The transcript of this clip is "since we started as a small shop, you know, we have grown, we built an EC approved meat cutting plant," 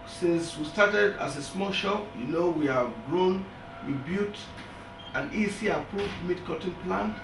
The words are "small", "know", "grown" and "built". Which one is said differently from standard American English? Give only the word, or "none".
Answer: built